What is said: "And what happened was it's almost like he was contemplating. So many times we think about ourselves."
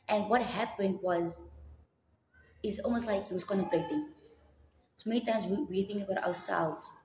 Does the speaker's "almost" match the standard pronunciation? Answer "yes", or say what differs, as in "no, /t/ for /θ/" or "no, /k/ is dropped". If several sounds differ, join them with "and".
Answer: yes